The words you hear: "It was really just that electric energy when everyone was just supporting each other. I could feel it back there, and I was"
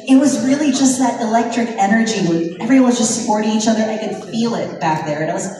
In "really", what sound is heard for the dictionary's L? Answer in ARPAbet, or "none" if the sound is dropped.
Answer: L